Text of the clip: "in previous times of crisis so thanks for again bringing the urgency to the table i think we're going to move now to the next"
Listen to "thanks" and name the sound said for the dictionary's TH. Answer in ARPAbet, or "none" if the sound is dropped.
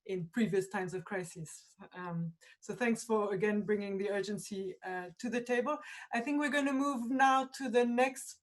TH